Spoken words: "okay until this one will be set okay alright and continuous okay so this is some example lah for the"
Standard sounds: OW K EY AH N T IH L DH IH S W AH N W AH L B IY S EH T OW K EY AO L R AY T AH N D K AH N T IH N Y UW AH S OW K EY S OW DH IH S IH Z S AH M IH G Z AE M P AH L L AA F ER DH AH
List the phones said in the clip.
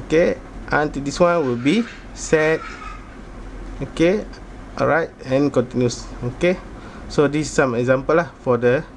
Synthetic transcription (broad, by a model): K EY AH N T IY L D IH S W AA N W AH L B IY S EH T OW K EY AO R AY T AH N K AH N T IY N Y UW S OW K EY S OW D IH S S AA M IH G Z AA M P AH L L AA F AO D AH